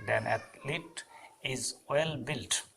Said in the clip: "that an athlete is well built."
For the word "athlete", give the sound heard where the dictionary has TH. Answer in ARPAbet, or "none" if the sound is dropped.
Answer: T